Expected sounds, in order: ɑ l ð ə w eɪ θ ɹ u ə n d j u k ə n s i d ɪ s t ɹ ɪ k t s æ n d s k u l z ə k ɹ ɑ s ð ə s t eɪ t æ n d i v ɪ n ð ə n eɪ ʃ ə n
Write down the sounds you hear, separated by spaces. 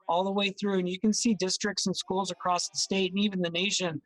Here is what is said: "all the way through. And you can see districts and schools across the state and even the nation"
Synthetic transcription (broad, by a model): ɑ l ð ə w eɪ θ ɹ u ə n j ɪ k ə n s i d ɪ s t ɹ ɪ k t s n s k u l z ə k ɹ ɑ s ð ə s t eɪ t n i v ɪ n ð ə n eɪ ʃ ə n